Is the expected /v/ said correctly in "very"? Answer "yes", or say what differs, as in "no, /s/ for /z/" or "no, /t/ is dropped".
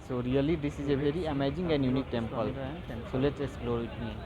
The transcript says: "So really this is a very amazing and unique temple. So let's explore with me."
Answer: no, /b/ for /v/